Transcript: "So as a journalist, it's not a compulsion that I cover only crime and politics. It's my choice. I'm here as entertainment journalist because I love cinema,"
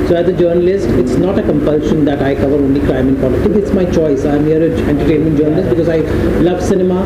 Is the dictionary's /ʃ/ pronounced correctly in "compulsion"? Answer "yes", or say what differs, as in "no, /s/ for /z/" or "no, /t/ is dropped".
yes